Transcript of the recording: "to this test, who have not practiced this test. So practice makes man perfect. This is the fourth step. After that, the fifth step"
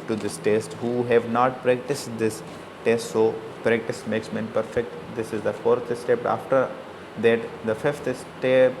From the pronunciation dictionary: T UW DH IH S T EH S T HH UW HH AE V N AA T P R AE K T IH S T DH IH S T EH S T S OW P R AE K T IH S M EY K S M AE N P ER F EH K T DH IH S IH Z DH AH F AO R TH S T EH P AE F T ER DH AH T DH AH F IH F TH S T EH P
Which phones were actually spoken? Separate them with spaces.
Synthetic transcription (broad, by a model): T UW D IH S T EH S T HH UW HH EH V N AA T P R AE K T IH S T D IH S T EH S T S OW P R AE K T IH S M EY K S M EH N P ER F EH K T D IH S IH Z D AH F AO R T S T EH P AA F T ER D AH T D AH F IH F T S T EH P